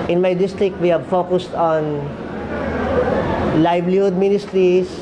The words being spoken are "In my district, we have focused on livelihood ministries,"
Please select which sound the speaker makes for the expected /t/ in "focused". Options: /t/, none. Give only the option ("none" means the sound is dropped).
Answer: /t/